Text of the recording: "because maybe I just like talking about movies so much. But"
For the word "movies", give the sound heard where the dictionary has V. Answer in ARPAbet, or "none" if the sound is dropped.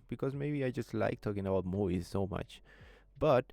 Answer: none